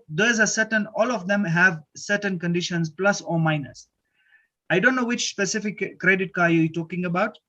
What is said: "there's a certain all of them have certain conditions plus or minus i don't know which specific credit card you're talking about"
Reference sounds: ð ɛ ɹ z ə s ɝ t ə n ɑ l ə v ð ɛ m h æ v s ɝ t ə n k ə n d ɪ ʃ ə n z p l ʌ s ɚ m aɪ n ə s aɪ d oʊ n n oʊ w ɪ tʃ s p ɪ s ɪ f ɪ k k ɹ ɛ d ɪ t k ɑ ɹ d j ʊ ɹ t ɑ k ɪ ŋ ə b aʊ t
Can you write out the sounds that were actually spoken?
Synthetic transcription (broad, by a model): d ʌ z ə s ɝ t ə n ɑ l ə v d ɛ m h æ v s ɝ t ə n k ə n d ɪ ʃ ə n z p l ʌ s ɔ m aɪ n ə s aɪ d oʊ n n oʊ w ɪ tʃ s p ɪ s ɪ f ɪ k k ɹ ɛ d ɪ t k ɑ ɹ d j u t ɑ k ɪ ŋ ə b aʊ t